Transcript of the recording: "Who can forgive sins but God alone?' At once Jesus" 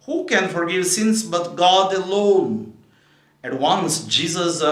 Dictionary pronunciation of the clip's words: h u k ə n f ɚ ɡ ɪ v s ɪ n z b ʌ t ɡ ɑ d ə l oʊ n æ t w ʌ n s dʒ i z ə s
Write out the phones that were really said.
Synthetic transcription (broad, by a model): h u k ə n f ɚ ɡ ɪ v s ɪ n s b ʌ t ɡ ɑ d ə l oʊ n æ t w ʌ n s dʒ i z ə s